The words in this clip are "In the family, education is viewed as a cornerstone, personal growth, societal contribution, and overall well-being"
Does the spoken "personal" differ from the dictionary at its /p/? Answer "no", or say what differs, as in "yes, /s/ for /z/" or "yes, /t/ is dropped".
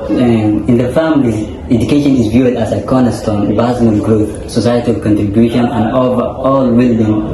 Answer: yes, /b/ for /p/